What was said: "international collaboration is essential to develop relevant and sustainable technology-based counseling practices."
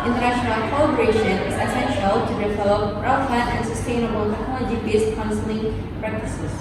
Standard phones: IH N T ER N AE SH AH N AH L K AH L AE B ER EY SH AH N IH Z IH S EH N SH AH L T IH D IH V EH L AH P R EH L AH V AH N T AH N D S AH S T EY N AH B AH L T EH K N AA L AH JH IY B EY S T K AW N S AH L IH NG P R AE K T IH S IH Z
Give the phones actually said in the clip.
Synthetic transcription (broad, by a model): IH N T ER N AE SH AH N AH L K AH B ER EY SH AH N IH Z IH S EH N SH AH L T IH D IH V EH L AH P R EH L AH F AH T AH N S AH S T EY N AH B AH L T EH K AA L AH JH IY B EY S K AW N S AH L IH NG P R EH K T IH S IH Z